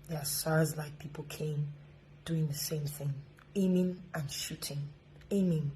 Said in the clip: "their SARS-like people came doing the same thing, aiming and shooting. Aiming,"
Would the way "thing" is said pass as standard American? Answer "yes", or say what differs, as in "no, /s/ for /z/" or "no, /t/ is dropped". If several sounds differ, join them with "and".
yes